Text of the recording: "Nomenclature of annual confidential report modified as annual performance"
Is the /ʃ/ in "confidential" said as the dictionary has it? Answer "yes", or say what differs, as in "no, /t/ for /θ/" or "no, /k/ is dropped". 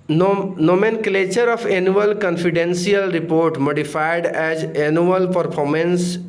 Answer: no, /s/ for /ʃ/